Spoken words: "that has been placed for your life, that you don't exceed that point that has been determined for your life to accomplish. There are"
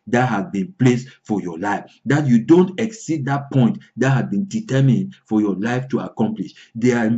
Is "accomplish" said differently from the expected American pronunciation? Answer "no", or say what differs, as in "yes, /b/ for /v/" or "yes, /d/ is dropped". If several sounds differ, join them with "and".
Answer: no